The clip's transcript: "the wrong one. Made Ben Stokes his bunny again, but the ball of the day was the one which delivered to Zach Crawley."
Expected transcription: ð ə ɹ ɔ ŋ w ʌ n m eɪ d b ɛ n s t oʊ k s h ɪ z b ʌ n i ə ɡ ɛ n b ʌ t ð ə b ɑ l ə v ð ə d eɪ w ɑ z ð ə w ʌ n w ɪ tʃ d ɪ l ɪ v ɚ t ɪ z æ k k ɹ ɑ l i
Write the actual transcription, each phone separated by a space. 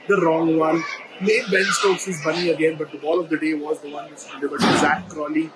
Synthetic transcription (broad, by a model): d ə ɹ ɔ ŋ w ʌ n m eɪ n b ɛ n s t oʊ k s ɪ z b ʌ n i ə ɡ ɛ n b ʌ t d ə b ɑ l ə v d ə d eɪ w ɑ z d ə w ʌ n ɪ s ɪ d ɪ b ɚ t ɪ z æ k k ɹ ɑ l i